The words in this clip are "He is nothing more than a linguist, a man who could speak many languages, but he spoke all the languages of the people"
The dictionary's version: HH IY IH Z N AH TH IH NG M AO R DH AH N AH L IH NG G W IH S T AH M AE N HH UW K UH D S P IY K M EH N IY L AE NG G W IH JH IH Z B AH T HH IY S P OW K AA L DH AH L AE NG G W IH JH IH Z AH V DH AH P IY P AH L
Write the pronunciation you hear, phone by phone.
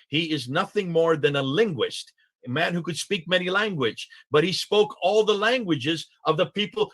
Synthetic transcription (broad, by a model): HH IY IH Z N AH TH IH NG M AO R DH AH N AH L IH NG G W IH S T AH M AE N HH UW K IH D S P IY K M EH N IY L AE NG G W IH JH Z B AH T HH IY S P OW K AA L DH AH L AE NG G W IH JH IH Z AH V DH AH P IY P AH L